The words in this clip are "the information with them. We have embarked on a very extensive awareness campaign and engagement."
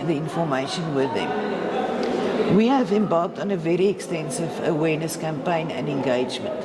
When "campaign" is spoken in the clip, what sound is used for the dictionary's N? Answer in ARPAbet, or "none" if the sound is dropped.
N